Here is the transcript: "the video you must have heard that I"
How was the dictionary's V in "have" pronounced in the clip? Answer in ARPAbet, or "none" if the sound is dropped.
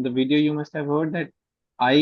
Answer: V